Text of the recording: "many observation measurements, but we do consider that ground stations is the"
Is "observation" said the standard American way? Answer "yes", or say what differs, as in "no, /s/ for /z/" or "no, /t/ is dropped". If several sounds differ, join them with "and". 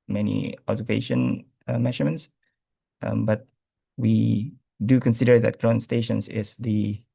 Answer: no, /b/ is dropped